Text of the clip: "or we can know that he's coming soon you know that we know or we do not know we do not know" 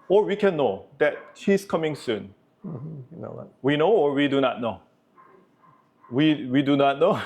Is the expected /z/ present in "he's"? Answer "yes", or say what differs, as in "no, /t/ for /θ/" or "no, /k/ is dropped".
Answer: no, /s/ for /z/